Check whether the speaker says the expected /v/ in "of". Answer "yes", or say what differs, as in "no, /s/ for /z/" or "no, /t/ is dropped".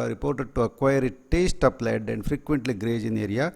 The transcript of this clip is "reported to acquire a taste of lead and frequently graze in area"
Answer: no, /p/ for /v/